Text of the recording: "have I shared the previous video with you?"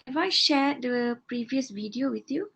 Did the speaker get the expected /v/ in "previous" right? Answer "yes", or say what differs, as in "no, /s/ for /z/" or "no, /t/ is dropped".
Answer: yes